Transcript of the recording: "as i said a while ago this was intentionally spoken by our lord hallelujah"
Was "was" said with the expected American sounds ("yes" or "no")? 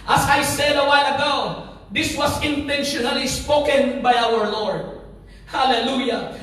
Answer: no